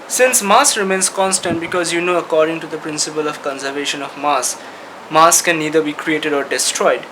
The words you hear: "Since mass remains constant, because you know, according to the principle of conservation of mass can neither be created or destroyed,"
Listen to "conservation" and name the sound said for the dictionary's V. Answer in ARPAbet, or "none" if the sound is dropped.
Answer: V